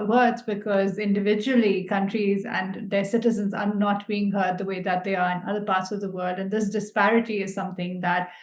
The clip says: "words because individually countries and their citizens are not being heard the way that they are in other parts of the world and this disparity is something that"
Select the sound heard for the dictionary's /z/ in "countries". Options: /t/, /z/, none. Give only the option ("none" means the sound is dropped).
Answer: /z/